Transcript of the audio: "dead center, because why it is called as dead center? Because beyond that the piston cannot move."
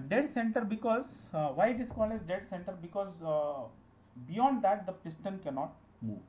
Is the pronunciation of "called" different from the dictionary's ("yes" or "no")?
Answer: yes